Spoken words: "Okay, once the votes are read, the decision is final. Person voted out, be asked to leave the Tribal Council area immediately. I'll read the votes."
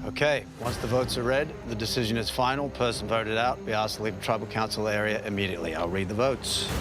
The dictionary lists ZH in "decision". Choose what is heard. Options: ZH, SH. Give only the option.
ZH